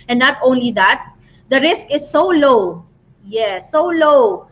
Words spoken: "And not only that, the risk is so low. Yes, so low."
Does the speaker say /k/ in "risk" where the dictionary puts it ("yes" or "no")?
yes